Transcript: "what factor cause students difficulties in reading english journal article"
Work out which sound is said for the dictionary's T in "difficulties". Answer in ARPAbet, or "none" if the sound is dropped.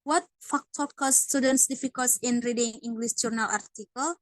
S